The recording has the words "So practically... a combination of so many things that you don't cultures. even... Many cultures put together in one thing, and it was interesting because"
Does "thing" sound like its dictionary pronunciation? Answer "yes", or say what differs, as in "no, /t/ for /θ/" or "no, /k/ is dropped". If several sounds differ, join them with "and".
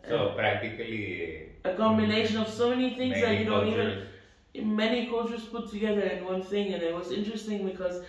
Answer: yes